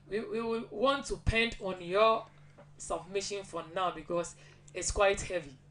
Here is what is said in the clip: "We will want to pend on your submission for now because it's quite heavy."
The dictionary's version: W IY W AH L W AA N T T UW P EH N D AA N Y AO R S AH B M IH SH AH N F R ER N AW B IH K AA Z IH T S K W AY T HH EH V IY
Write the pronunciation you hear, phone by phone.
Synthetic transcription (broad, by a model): W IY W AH W W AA N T T UW P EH N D AA N Y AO S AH B M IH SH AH N F R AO N AW B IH K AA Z IH T S K W AY T HH EH V IY